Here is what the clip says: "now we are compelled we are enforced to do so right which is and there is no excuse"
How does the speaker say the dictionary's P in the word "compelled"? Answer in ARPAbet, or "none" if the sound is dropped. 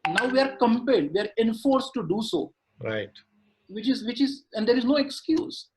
P